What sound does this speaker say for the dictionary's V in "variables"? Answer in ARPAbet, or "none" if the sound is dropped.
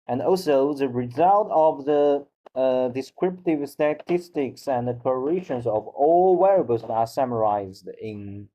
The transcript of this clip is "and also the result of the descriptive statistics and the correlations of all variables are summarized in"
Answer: W